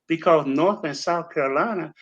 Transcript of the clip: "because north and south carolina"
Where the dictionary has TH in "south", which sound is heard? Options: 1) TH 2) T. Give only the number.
1